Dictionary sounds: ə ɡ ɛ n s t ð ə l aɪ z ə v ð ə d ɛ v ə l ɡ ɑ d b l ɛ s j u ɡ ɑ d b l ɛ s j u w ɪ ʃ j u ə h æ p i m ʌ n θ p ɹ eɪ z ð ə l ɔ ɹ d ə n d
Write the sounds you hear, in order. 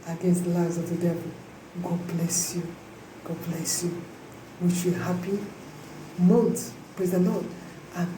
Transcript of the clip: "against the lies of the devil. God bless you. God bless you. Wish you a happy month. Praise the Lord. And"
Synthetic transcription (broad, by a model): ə ɡ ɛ n s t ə l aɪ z ə v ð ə d ɛ v ə l ɡ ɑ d b l ɛ s j u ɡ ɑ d b l ɛ s j u w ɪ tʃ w ə h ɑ p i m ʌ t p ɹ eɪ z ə n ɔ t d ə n